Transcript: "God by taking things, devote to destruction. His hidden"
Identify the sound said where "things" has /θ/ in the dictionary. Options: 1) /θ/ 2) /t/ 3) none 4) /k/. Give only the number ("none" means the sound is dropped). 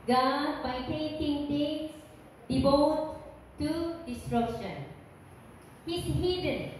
2